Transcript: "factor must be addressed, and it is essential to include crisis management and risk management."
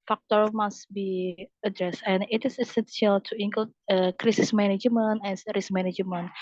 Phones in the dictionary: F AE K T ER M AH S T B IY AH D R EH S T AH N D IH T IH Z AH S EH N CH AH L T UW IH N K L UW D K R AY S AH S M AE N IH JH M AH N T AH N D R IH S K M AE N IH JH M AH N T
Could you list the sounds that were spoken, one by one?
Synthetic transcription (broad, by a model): F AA K T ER M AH S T B IY AH D R EH S T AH N IH T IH S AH S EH N S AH L T UW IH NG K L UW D K R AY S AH S M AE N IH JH M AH N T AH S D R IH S M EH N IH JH M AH N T